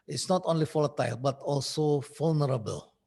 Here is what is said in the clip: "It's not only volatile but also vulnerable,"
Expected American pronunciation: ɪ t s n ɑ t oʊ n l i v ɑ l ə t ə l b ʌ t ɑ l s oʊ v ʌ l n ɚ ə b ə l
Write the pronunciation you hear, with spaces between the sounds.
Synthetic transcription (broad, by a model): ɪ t s n ɑ t oʊ n l i f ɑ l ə t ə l b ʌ t ɑ l s oʊ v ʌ l n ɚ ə b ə l